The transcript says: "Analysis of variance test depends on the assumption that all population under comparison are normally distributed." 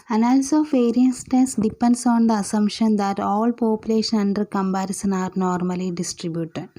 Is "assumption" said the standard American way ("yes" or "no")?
no